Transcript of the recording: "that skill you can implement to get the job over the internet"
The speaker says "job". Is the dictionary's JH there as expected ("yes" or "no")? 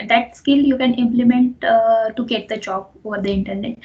no